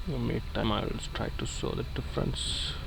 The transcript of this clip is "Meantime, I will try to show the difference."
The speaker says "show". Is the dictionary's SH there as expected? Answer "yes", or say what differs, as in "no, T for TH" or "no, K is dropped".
no, S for SH